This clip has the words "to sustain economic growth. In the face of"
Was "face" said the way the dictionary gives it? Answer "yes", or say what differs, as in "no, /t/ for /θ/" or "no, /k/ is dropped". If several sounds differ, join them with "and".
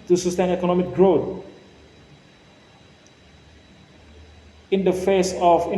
yes